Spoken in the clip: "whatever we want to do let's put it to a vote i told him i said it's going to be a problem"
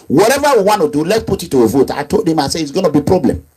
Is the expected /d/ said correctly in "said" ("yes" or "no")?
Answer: no